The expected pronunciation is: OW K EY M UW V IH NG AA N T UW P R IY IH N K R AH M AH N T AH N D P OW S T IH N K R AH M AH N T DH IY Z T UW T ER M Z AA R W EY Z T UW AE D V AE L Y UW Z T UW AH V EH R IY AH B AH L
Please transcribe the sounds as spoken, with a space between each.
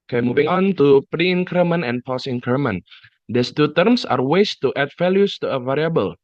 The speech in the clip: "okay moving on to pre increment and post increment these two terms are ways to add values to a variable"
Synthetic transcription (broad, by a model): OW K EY M UW V IH NG AA N T UW P R IY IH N K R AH M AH N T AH N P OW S IH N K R M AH N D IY S T UW T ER M S AA R W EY S T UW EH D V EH L Y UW S T UW AH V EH R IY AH B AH L